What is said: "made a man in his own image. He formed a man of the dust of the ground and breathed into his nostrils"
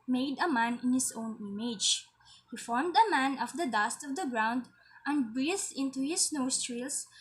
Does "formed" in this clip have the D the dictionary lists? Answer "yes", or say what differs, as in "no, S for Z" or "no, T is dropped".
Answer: yes